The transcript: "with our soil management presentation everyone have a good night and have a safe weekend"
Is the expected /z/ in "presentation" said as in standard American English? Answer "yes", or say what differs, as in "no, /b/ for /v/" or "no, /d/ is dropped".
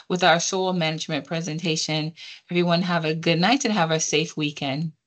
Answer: yes